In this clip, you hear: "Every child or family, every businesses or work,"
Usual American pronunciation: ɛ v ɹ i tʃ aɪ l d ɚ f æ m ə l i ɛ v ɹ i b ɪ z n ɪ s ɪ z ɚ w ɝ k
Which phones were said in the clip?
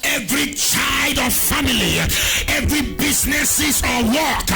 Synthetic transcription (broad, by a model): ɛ v ɹ i tʃ aɪ l d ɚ f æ m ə l i ɛ v ɹ i b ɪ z n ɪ s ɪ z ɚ w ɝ k